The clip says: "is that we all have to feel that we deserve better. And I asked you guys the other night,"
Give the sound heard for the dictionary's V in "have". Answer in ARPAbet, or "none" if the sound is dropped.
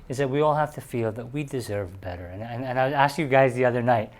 F